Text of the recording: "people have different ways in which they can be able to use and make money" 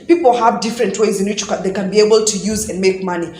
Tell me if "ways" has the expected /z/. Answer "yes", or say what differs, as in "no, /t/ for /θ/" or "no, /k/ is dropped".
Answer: yes